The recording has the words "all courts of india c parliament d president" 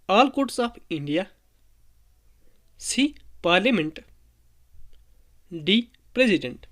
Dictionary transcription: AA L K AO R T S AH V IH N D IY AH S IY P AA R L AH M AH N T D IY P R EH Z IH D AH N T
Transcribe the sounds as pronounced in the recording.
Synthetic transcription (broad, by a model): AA L K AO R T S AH P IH N D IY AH S IY P AA R L AH M AH N T D IY P R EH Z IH D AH N T